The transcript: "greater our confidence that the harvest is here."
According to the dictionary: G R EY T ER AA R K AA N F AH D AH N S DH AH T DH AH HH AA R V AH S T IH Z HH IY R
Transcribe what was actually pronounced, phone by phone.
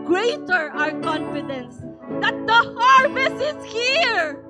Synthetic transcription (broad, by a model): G R EY T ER AA R K AA N F AH D AH N S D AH T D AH HH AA R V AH S IH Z HH IY R